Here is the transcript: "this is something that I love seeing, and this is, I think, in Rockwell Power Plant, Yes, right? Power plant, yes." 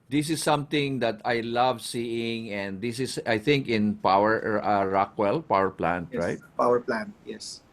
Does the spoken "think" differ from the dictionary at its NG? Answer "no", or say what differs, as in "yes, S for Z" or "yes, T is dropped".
no